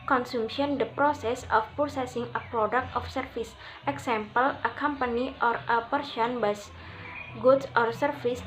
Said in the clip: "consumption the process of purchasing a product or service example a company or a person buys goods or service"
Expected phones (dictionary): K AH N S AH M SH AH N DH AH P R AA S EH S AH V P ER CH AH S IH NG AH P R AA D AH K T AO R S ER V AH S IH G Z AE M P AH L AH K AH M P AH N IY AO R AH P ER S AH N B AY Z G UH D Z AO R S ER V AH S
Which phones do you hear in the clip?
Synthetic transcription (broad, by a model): K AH N S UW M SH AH N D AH P R AA S EH S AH F P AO S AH S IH NG AH P R AA D AH K T AO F S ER F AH S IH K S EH M P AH L AH K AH M P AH N IY AO R AH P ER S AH N B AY S G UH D S AO R S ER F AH S